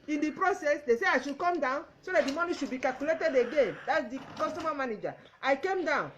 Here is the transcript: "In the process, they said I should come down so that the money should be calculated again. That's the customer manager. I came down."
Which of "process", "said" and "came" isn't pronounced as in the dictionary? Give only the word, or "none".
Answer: said